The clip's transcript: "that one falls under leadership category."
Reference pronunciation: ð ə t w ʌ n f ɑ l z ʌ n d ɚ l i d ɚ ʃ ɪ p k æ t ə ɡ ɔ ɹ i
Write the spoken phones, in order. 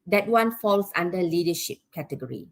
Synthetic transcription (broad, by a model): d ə t w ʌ n f ɑ l s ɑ n d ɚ l i d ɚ ʃ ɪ p k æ t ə ɡ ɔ ɹ i